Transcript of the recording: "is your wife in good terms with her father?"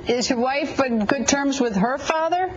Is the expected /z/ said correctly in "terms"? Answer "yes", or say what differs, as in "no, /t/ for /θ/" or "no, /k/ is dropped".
yes